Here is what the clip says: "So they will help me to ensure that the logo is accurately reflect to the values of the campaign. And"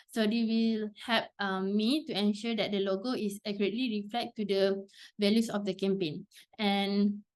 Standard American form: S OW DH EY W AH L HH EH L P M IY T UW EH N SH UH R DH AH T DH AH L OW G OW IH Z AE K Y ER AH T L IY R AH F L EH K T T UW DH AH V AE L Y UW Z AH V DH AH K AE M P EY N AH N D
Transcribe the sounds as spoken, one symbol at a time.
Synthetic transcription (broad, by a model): S OW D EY W AH L HH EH P M IY T UW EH N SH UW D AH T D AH L OW G OW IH S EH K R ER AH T L IY R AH F L EH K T T UW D AH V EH L Y UW S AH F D AH K AE M P EY N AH N